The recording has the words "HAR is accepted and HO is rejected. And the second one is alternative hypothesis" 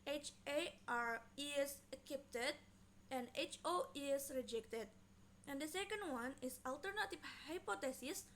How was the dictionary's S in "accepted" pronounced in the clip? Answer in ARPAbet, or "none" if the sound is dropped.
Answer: none